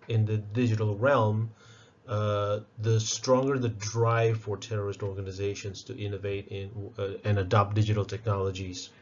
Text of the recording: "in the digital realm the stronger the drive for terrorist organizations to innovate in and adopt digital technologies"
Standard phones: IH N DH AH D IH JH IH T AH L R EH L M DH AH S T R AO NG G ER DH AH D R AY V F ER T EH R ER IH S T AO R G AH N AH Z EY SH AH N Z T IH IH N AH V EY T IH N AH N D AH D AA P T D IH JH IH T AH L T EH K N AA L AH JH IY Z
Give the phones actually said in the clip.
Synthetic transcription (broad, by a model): IH N DH AH D IH JH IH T L R EH L M DH AH S T R AO NG G ER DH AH D R AY V F ER T EH R ER IH S T AO R G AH N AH Z EY SH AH N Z T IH IH N AH V EY T IH N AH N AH D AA P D IH JH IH T L T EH K N AA L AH JH IY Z